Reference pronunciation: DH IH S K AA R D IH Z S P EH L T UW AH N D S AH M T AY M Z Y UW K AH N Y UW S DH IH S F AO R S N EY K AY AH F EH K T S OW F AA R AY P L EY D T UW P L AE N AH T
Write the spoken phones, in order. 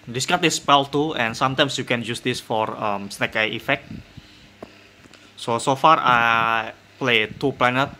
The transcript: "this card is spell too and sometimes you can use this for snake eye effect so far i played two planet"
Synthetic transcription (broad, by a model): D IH S K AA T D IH S P EH L T UW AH N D S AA M T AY M S Y UW K AH N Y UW S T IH S F AO R S N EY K AY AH F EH K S S OW F AA R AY P L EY T UW P L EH N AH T